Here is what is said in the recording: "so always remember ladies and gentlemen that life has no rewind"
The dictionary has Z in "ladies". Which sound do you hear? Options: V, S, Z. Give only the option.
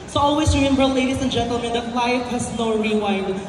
S